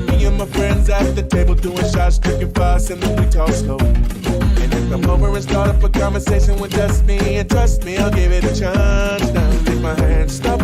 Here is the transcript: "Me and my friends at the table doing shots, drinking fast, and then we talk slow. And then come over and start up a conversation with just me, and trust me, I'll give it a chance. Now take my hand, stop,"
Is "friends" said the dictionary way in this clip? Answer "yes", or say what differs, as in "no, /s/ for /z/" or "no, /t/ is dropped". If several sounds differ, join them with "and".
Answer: yes